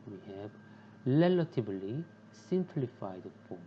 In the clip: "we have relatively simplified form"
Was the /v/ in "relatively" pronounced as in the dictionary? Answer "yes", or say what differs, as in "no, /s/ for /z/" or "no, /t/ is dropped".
no, /b/ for /v/